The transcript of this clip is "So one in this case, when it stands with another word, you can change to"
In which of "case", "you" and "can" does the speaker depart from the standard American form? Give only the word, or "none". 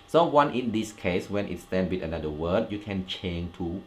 none